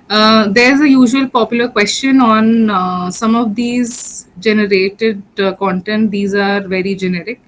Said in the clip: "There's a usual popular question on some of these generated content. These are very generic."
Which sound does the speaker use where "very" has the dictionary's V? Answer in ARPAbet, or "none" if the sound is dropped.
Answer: V